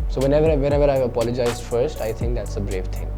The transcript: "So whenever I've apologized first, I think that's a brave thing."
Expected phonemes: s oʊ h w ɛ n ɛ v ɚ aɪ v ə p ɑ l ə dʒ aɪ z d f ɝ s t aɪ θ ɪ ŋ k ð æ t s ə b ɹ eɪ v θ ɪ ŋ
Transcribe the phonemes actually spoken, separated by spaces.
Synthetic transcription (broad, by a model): s oʊ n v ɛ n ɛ v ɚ aɪ v ə p ɑ l ə dʒ aɪ z d f ɝ s t aɪ t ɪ ŋ k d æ t s ə b ɹ eɪ v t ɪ ŋ